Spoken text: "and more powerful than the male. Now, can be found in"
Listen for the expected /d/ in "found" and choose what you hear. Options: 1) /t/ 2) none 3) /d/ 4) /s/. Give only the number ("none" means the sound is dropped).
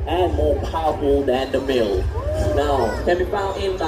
2